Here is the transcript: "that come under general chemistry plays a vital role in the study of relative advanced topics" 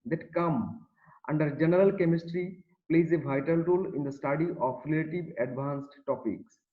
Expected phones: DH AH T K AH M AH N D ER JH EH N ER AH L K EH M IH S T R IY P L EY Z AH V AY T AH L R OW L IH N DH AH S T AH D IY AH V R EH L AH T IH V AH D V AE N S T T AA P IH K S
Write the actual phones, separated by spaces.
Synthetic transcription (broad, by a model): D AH T K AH M AH N D ER JH EH N ER AH L K EH M IH S T R IY P L EY Z AH V AY T AH L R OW L IH N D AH S T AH D IY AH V R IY L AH T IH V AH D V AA N S T T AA P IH K S